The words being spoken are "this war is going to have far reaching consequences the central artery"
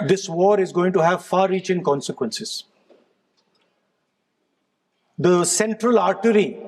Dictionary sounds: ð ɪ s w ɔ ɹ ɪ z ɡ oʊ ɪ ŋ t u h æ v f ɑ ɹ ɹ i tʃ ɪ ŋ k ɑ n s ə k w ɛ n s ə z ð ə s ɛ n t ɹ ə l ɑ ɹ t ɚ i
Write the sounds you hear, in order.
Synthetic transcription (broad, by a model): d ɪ s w ɔ ɹ ɪ z ɡ oʊ ɪ ŋ t u h æ v f ɑ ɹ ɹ i tʃ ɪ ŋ k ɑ n s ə k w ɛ n s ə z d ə s ɛ n t ɹ ə l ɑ ɹ t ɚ i